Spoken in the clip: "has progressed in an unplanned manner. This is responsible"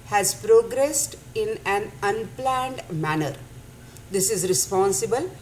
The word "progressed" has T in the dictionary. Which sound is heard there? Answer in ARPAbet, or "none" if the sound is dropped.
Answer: T